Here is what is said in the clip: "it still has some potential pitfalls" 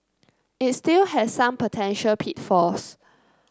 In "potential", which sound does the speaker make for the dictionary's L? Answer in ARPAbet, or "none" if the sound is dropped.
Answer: L